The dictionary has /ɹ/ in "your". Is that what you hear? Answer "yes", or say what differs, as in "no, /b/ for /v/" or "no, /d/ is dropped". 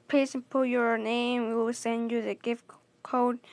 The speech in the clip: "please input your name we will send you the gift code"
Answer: yes